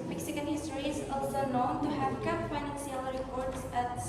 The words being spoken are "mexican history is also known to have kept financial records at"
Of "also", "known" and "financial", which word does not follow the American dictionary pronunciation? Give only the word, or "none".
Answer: financial